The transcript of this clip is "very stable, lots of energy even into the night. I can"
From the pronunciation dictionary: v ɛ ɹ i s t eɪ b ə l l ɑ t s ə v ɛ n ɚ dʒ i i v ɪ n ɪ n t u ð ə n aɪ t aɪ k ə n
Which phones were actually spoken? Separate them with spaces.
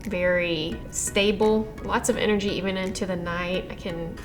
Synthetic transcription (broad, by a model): v ɛ ɹ i s t eɪ b l l ɑ t s ə v ɛ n ɚ dʒ i i v ɪ n ɪ n t u ð ə n aɪ t aɪ k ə n